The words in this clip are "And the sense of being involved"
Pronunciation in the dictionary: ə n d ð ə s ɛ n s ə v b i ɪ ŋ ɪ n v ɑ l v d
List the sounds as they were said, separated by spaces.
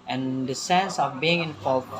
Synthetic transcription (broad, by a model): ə n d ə s ɛ n s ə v b i ɪ ŋ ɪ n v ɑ l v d